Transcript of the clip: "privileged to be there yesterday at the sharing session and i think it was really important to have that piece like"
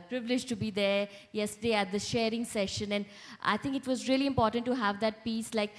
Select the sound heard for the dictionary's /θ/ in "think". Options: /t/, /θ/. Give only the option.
/t/